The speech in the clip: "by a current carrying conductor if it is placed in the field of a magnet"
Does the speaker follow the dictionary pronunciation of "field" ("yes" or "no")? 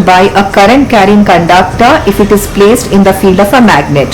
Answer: yes